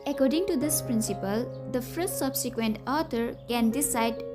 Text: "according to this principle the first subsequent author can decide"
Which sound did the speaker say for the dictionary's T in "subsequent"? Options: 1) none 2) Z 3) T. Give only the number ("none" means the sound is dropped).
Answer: 3